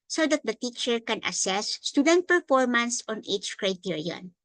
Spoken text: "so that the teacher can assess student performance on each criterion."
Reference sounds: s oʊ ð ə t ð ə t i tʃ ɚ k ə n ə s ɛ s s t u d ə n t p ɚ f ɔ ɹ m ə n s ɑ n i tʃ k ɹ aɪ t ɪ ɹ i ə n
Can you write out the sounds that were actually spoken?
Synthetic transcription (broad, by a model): s oʊ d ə t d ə t i tʃ ɚ k ə n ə s ɛ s s t u d ə n t p ɚ f ɔ ɹ m ə n s ɑ n i tʃ k ɹ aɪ t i ɹ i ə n